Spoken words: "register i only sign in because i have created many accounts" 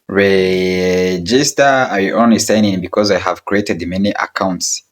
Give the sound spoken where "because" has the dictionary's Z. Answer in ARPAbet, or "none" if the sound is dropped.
Z